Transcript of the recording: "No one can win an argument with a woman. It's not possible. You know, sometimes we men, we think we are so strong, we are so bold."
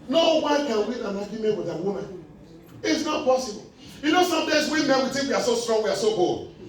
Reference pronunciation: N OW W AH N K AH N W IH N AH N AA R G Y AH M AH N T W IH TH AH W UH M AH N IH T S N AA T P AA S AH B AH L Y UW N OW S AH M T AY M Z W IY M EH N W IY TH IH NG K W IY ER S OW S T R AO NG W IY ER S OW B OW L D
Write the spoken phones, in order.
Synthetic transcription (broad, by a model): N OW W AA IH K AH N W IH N AH N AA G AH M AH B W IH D AH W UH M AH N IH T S N AA T P AA S AH B AH L Y UW N OW S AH M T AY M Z W IY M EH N W IY T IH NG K W IY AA S OW S T R AO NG W IY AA S OW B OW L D